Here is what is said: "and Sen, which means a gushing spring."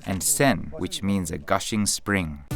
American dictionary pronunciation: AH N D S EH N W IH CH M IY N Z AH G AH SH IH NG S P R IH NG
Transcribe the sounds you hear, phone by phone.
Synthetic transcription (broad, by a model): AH N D S EH N W IH CH M IY N Z AH G AH SH IH NG S P R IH NG